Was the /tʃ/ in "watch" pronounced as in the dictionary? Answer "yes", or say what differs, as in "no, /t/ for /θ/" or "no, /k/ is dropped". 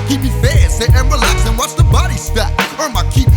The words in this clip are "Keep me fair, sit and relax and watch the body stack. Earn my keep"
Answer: no, /s/ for /tʃ/